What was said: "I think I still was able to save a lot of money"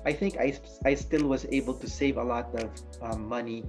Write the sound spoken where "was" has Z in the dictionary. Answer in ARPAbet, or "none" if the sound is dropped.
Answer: Z